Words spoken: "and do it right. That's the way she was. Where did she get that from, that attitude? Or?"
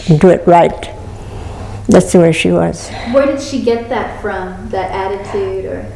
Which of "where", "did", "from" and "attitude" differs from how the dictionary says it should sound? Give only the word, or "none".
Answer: none